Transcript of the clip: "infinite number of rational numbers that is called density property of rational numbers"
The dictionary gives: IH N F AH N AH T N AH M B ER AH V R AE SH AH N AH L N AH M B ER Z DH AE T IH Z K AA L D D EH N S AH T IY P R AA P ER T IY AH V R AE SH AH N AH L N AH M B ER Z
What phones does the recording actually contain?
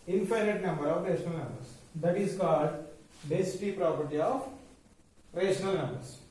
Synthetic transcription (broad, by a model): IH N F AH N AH T N AH M B ER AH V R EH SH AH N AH L N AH M B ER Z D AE T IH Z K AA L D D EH S T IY P R AA P ER T IY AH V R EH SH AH N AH L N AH M B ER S